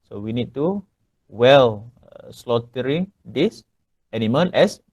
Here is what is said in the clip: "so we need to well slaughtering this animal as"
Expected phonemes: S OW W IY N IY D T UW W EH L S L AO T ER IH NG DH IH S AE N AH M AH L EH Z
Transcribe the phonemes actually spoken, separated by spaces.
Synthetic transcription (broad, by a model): S OW W IY N IY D T UW W EH L S L AO T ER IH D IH S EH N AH M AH N EH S